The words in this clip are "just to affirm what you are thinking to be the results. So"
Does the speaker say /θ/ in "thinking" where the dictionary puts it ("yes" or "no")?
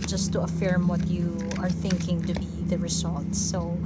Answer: yes